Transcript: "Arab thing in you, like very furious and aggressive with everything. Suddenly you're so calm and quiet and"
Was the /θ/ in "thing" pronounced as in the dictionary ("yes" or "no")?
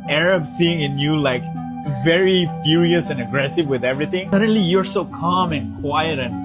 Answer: no